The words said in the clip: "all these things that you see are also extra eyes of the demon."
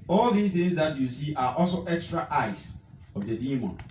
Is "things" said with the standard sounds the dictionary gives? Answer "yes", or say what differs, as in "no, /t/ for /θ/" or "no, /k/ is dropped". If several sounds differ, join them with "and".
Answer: no, /ŋ/ is dropped